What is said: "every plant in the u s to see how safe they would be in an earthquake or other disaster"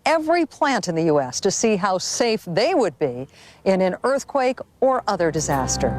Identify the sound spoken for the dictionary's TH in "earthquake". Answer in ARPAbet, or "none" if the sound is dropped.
TH